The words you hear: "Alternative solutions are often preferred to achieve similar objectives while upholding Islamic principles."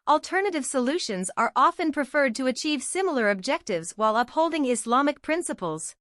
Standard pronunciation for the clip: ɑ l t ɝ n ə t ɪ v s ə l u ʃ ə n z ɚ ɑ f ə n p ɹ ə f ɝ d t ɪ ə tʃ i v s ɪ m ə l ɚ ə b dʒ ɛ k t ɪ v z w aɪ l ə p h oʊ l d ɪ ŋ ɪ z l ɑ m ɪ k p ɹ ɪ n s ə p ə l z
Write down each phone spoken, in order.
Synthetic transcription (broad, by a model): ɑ l t ɝ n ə t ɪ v s ə l u ʃ ə n z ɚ ɑ f ə n p ɹ ə f ɝ d t ɪ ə tʃ i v s ɪ m l ɚ ə b dʒ ɛ k t ɪ v z w aɪ l ə p h oʊ l d ɪ ŋ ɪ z l ɑ m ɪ k p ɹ ɪ n s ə p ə l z